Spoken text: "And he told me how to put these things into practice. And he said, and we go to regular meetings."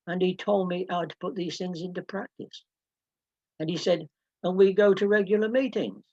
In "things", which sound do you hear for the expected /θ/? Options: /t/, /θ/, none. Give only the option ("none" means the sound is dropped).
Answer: /θ/